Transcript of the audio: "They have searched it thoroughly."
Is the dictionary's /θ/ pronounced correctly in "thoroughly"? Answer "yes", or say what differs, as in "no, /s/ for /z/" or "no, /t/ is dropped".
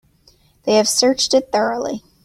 yes